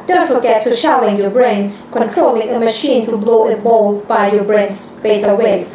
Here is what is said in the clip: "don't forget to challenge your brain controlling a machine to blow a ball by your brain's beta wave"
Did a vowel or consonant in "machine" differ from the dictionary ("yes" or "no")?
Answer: no